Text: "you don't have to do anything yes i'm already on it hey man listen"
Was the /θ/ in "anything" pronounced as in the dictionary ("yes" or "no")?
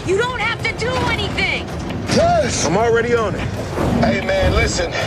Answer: yes